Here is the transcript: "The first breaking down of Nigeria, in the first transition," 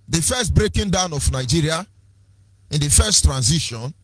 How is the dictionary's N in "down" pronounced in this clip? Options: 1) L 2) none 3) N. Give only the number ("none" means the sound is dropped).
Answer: 3